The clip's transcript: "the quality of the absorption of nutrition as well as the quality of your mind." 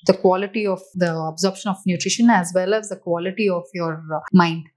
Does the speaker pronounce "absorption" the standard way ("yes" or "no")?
yes